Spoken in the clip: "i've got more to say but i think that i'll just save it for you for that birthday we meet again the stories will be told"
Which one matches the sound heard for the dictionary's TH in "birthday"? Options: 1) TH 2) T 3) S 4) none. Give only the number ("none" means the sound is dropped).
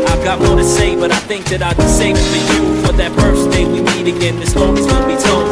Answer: 3